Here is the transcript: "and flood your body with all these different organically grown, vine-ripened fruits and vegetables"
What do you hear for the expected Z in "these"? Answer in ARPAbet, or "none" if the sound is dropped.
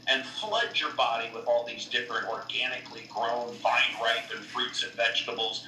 Z